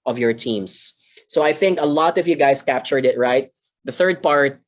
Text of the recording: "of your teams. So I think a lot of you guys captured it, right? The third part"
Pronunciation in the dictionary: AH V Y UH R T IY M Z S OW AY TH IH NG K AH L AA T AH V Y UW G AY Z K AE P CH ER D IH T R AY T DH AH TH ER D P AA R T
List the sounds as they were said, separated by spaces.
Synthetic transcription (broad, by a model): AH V Y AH R T IY M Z S OW AY TH IH NG K AH L AA T AH V Y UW G AY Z K AE P CH ER D IH T R AY T DH AH TH ER D P AA R T